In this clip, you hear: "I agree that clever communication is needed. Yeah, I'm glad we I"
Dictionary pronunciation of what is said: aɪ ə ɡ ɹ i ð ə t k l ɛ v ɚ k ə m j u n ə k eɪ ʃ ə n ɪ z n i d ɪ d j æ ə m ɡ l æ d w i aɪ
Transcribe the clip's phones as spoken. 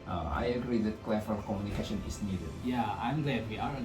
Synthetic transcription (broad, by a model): aɪ ə ɡ ɹ i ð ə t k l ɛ f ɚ k ə m j u n ə k eɪ ʃ ə n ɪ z n i d ɪ d j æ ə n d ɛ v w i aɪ